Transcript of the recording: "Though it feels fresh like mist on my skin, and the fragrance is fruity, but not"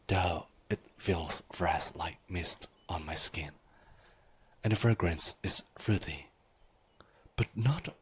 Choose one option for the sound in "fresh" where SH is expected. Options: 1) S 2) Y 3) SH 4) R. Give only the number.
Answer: 1